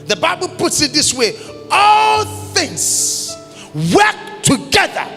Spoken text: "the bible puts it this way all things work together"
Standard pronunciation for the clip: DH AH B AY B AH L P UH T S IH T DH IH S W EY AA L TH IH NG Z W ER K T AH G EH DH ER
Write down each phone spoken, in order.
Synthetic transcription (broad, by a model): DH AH B AY B AH L P UH T S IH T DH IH S W EY AA L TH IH NG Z W ER K T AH G EH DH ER